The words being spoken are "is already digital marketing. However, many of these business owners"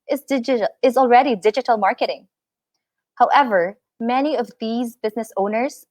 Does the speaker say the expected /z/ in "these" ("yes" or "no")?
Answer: yes